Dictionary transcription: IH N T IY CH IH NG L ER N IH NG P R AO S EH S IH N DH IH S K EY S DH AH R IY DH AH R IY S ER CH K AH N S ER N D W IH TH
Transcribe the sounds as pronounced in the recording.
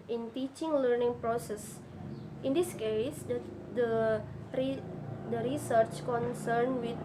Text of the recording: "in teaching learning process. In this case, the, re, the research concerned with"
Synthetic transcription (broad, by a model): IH N T IY CH IH NG L ER N IH NG P R AO S EH S IH N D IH S K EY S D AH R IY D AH R IY S ER CH K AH N S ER N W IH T